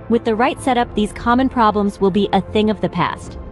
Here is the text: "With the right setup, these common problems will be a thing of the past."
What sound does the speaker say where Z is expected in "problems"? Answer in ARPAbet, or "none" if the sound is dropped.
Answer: Z